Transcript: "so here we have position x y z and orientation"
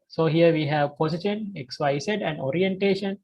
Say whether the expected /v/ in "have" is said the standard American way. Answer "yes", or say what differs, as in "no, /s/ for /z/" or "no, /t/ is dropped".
yes